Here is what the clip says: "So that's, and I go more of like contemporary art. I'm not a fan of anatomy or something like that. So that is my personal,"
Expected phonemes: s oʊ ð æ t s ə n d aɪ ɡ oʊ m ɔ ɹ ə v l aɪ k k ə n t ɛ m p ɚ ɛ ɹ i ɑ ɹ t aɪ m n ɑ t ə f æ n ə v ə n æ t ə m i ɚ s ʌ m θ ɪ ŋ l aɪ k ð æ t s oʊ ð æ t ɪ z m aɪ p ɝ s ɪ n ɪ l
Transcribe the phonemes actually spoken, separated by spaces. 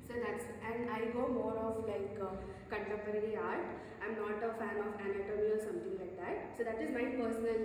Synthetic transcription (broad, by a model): s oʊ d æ t s ə n d aɪ ɡ oʊ m ɔ ɹ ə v l aɪ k k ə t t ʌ p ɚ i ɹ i ɑ ɹ t aɪ m n ɑ t ə f æ n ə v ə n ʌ t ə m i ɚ s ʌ m t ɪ ŋ l aɪ k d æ t s oʊ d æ t ɪ z m aɪ p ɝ s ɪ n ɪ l